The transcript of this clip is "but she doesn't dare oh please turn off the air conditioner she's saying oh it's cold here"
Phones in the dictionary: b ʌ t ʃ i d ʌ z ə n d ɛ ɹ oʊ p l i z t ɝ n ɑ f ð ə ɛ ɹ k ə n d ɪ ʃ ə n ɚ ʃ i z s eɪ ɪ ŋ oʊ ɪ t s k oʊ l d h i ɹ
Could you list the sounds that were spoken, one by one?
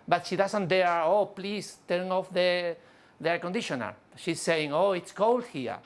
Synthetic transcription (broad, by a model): b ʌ t ʃ i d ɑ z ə n d ɛ ɹ oʊ p l i s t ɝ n ɑ f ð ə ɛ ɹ k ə n d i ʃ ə n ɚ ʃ i s eɪ ɪ ŋ oʊ ɪ t s k oʊ l d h i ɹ